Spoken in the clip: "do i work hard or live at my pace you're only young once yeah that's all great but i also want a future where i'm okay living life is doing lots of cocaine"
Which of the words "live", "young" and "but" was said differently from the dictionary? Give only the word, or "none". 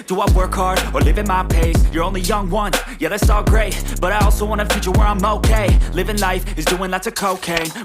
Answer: none